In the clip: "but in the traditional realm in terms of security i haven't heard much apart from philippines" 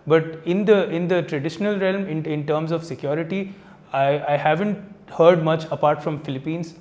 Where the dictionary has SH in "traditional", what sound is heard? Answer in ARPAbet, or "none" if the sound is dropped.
SH